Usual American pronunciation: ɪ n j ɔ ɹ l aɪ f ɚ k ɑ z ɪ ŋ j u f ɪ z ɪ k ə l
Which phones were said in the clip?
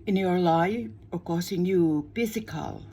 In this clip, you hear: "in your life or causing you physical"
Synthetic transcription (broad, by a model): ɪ n j ɔ ɹ l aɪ ɚ k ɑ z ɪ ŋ j u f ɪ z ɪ k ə l